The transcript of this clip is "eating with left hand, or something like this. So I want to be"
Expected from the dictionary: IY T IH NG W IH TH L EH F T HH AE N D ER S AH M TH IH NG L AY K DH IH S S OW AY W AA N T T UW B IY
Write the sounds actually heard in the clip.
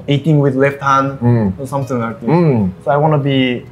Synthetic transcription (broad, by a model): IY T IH NG W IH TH L EH F T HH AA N ER S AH M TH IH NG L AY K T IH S S OW AY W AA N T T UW B IY